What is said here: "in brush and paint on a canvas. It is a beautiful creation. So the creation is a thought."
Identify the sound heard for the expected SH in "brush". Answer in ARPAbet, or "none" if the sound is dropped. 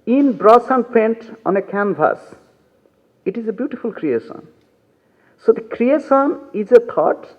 S